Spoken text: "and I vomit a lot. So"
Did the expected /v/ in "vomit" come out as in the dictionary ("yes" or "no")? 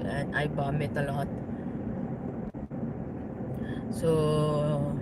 no